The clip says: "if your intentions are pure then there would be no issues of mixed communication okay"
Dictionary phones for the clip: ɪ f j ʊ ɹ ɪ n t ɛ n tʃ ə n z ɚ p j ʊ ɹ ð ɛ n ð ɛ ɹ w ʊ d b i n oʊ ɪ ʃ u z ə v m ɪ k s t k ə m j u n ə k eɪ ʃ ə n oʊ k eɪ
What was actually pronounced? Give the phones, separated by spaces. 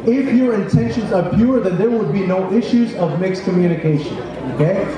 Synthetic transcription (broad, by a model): ɪ f j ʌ ɹ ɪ n t ɛ n ʃ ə n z ɚ p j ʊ ɹ ð ɛ n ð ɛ ɹ w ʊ d b i n oʊ ɪ ʃ u z ə v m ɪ k s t k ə m j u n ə k eɪ ʃ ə n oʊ k eɪ